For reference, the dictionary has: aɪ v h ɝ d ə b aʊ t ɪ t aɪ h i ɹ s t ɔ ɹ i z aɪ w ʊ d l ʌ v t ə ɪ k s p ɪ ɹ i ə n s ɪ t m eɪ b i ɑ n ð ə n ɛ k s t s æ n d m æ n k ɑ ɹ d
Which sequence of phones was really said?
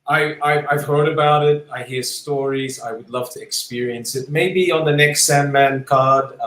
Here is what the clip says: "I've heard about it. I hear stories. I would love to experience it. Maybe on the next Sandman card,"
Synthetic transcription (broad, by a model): aɪ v h ɝ d ə b aʊ t ɪ t aɪ h i ɹ s t ɔ ɹ i z aɪ w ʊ d l ʌ v t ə ɪ k s p ɪ ɹ i ə n s ɪ t m eɪ b i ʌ n ð ə n ɛ k s t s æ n m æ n k ɑ ɹ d